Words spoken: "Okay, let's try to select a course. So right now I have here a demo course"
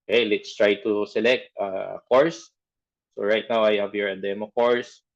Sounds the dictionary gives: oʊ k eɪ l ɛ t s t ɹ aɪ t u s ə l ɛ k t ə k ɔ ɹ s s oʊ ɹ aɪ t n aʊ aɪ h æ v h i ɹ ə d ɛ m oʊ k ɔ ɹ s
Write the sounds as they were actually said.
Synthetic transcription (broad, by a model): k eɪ l ɛ t s t ɹ aɪ t u s ə l ɛ k t ə k ɔ ɹ s s oʊ ɹ aɪ t n aʊ aɪ h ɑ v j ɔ ɹ ə d ɛ m oʊ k ɔ ɹ s